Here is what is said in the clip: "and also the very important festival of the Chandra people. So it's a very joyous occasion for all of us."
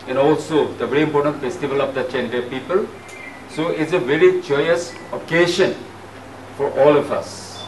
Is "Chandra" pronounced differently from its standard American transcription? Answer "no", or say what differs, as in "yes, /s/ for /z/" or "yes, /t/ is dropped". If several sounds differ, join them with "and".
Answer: yes, /ɹ/ is dropped